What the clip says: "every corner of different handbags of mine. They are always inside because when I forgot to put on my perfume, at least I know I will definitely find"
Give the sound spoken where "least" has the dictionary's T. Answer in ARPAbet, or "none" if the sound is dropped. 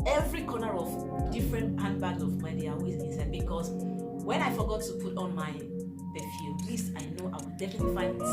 none